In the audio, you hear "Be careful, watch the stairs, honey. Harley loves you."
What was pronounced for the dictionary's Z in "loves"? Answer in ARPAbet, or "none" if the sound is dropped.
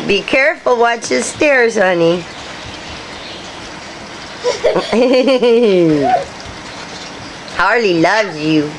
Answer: none